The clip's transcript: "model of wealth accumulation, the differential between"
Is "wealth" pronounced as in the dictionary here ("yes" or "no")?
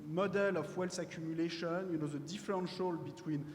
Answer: no